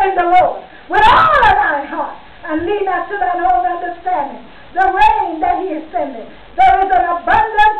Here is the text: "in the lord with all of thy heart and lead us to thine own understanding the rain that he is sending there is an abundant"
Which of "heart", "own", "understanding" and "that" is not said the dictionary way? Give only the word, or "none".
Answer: own